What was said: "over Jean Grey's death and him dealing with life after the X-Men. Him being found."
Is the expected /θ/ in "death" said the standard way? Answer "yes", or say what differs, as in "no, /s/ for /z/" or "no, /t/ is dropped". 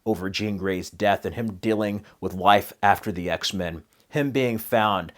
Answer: yes